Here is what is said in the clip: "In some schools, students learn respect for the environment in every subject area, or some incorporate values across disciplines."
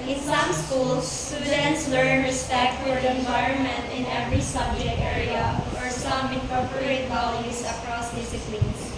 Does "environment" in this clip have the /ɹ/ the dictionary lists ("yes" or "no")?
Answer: yes